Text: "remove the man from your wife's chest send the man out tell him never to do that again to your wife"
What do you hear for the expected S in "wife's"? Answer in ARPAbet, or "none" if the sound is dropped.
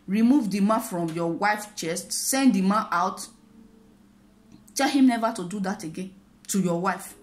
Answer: none